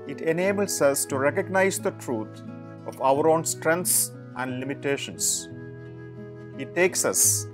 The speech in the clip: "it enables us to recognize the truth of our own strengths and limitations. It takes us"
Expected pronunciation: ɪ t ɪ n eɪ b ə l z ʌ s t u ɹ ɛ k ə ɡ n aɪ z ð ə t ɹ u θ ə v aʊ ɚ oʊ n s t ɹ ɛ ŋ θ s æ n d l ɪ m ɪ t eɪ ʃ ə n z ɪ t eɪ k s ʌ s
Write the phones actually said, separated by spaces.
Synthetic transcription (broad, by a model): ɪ t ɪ n eɪ b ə l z ʌ s t u ɹ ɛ k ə ɡ n aɪ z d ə t ɹ u t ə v aʊ ɚ oʊ n s t ɹ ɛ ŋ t s æ n d l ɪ m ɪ t eɪ ʃ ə n s ɪ t eɪ k s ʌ s